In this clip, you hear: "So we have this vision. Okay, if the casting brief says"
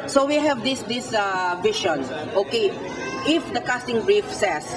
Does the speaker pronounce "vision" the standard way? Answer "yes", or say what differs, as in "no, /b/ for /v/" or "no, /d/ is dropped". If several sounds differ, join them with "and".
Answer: no, /ʃ/ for /ʒ/